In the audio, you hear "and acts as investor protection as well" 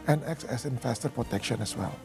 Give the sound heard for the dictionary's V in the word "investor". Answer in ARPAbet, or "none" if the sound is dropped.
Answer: F